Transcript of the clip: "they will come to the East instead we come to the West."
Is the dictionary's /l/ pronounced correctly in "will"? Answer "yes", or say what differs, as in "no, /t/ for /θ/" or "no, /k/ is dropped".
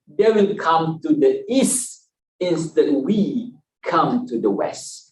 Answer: no, /n/ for /l/